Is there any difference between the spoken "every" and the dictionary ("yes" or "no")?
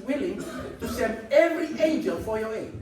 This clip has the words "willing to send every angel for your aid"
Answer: no